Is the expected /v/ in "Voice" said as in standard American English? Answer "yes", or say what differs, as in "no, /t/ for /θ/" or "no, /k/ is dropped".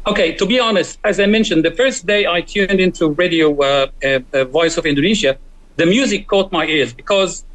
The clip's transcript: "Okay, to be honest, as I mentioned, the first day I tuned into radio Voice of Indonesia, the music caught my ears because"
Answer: yes